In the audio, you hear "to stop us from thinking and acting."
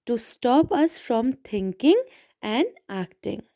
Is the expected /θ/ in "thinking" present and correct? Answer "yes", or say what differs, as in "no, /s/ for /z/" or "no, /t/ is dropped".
no, /t/ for /θ/